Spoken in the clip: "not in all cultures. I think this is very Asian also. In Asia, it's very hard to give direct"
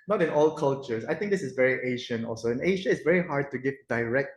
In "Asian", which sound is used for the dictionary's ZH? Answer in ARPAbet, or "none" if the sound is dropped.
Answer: SH